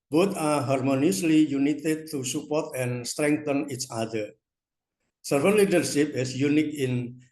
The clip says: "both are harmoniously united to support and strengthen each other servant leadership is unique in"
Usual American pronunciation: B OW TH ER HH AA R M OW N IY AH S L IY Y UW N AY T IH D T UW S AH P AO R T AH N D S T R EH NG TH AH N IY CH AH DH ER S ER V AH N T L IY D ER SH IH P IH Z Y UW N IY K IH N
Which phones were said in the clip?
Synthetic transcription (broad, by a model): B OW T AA HH AA R M OW N IY AH S L IY Y UW N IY T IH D T UW S AH P AO R T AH N S T R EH NG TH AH N IY CH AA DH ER S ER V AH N L IY D ER SH IH P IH S Y UW N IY K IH N